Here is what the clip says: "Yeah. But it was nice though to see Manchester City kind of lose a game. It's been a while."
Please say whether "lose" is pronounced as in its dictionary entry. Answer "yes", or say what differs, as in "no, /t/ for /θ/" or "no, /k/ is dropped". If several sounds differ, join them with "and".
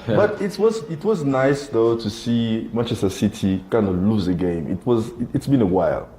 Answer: yes